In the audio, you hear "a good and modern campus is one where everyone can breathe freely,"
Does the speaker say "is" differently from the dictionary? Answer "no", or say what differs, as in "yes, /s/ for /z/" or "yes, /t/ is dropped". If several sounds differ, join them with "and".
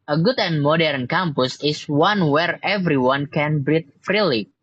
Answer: yes, /s/ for /z/